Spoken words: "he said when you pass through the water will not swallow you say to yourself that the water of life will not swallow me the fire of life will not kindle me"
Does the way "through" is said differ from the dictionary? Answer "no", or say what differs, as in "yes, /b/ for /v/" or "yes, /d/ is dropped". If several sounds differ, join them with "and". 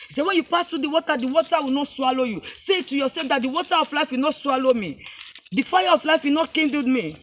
yes, /t/ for /θ/